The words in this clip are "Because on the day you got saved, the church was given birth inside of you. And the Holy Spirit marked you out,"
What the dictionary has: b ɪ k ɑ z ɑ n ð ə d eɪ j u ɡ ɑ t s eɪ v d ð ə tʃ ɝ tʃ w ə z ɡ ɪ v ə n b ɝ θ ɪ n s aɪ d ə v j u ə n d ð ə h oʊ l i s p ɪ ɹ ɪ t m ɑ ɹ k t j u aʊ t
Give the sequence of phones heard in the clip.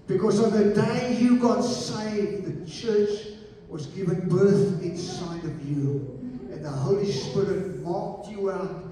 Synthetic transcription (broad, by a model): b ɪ k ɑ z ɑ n ð ə d eɪ j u ɡ ɑ t s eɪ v ð ə tʃ ɝ tʃ w ə z ɡ ɪ v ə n b ɝ θ ɪ n s aɪ d ə v j u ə n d ð ə h oʊ l i s p ɪ ɹ ɪ t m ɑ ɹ k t j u aʊ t